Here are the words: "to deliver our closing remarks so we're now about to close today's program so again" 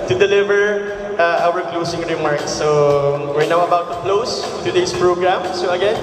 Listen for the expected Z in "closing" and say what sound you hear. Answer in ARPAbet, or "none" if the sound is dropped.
S